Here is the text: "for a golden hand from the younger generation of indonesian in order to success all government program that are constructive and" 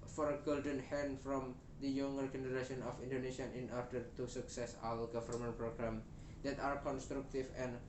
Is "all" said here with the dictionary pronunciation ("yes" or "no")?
no